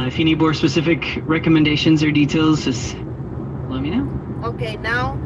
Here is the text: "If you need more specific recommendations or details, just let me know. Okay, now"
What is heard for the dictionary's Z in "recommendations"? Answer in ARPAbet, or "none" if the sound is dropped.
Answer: Z